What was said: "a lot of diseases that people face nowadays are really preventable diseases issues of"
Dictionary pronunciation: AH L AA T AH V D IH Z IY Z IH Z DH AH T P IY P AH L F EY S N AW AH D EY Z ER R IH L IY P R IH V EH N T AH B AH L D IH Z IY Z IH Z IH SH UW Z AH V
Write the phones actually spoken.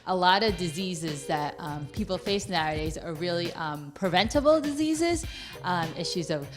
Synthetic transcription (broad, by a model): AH L AA T AH V D IH Z IY Z IH Z DH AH T P IY P L F EY S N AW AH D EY Z ER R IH L IY P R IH V EH N T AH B L D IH Z IY Z IH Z IH SH UW Z AH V